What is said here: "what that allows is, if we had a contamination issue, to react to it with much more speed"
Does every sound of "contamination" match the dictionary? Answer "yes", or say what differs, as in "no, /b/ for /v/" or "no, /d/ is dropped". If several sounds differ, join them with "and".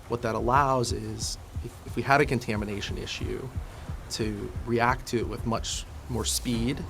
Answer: yes